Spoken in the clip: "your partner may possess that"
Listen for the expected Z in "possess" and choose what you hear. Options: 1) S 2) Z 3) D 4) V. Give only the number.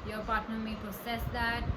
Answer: 1